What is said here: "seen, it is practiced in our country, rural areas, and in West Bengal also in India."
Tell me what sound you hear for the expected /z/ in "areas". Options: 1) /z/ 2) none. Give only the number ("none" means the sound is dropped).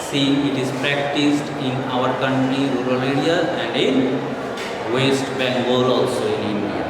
2